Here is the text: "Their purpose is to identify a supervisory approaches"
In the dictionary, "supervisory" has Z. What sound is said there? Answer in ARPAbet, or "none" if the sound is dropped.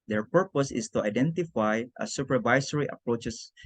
S